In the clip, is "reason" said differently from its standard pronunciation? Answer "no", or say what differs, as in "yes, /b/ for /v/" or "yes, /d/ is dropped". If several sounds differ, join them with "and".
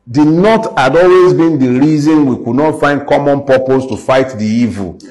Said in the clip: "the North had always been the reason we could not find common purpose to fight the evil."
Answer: no